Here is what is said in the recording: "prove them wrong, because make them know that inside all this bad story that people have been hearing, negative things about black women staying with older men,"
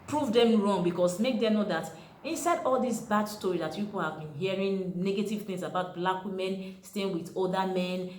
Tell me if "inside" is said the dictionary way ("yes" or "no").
yes